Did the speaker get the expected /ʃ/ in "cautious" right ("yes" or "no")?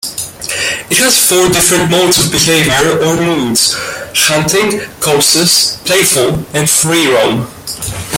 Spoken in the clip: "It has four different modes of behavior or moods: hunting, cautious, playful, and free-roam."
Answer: no